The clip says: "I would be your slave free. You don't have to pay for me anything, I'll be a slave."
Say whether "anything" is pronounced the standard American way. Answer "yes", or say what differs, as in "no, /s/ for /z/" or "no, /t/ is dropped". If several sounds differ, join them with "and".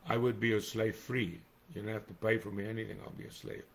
yes